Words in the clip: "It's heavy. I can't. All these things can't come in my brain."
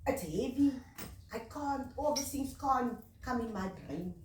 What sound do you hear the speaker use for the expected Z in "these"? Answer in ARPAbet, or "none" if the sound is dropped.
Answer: none